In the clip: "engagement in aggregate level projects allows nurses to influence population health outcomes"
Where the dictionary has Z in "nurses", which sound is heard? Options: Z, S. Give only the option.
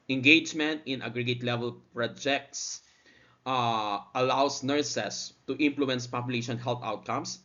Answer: S